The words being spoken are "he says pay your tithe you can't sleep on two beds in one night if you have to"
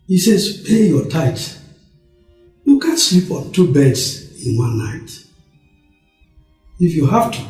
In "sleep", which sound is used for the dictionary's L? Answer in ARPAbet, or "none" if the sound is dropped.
L